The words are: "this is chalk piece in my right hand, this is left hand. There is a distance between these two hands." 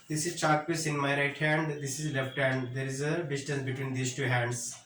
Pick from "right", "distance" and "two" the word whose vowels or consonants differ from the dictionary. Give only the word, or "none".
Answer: none